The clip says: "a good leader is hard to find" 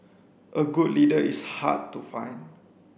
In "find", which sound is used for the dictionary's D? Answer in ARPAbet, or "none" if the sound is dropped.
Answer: none